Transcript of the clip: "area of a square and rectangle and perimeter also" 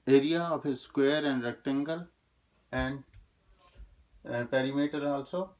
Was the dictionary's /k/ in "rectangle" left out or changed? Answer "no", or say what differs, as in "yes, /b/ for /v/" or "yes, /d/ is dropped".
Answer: no